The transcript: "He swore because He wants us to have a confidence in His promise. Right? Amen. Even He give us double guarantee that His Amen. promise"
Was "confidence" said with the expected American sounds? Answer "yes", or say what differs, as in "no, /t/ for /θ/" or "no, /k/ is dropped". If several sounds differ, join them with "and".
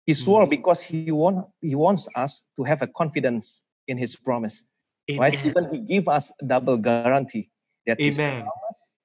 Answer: yes